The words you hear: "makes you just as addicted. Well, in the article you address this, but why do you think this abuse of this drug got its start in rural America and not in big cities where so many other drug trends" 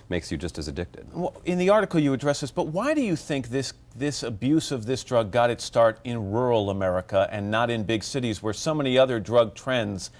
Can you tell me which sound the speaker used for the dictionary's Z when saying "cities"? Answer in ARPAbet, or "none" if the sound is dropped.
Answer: Z